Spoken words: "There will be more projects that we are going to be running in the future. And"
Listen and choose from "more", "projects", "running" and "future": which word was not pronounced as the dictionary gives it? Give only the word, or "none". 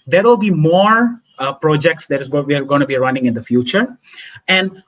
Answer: none